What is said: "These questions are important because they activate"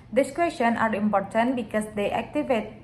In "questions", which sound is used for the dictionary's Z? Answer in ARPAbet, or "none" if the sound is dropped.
none